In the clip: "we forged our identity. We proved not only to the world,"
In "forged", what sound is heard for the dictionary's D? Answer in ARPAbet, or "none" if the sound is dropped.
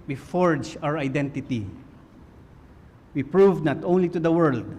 none